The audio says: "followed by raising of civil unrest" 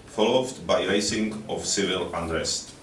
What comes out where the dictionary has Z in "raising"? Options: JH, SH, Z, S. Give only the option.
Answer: S